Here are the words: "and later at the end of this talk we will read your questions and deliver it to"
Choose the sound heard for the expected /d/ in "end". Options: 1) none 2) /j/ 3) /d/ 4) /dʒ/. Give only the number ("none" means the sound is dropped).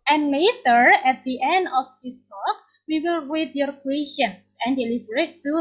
3